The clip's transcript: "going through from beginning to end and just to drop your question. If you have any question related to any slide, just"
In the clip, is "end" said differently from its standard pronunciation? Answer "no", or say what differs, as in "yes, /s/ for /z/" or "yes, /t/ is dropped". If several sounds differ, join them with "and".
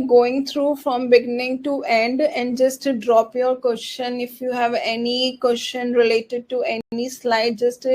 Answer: no